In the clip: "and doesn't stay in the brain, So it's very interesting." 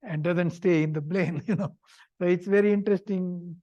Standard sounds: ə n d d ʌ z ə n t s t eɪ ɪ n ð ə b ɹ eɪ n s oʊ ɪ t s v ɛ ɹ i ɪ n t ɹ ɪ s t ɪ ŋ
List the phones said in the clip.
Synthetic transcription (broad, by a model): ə n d d ʌ z ə n t s t eɪ ɪ n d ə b l eɪ n s oʊ ɪ t s v ɛ ɹ i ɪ n t ɹ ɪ s t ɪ ŋ